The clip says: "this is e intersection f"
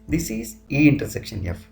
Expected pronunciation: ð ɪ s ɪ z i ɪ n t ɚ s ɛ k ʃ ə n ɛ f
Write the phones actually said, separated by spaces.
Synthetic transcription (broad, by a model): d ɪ s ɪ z i ɪ n t ɚ s ɛ k ʃ ə n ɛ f